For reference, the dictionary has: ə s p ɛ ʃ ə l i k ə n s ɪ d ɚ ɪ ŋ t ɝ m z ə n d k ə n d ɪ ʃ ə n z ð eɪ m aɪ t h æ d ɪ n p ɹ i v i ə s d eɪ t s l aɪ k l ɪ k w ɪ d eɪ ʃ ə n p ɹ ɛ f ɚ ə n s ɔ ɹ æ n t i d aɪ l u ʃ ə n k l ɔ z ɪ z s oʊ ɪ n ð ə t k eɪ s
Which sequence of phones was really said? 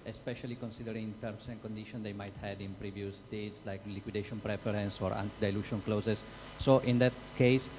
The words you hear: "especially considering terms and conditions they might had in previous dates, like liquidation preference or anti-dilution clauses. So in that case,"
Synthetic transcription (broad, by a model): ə s p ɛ ʃ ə l i k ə n s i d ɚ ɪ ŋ t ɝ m s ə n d k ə n d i ʃ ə n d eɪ m aɪ t h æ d ɪ n p ɹ i v i ə s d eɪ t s l aɪ k l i k w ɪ d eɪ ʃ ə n p ɹ ɛ f ɚ ə n s ɔ ɹ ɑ n t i d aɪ l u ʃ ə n k l ɔ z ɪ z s oʊ ɪ n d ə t k eɪ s